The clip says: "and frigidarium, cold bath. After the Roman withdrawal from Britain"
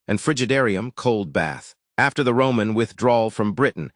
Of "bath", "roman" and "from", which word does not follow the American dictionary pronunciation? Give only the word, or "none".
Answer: none